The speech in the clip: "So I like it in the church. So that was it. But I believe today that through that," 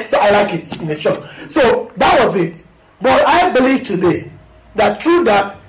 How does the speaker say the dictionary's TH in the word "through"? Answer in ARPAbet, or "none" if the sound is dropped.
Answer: T